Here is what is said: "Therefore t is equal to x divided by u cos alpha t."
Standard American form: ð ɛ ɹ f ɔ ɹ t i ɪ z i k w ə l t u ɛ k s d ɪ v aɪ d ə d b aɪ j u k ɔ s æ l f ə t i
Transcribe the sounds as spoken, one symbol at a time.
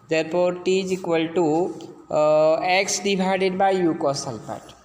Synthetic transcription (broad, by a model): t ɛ ɹ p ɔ ɹ t i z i k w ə l t u ɛ k s d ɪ b aɪ d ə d b aɪ j u k ɔ s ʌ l p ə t